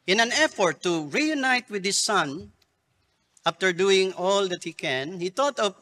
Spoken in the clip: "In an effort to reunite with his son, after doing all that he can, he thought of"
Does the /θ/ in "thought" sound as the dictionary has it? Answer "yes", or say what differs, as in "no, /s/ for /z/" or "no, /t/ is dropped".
no, /t/ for /θ/